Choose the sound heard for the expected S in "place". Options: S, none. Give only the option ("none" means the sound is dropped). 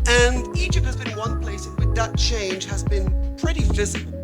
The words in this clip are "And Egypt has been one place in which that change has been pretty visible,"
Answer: none